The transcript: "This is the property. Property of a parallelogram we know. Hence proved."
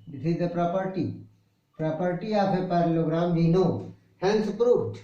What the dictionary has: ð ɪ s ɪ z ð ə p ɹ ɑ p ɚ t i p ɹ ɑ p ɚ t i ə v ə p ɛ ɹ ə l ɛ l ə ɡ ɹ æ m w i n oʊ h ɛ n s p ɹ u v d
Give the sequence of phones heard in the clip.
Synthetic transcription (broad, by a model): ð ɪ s ɪ z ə p ɹ ɑ p ɚ t i p ɹ ɑ p ɚ t i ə p ə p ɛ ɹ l l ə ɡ ɹ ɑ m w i n oʊ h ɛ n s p ɹ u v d